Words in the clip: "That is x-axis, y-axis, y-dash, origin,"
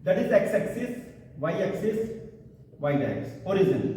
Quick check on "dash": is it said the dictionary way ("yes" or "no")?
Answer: no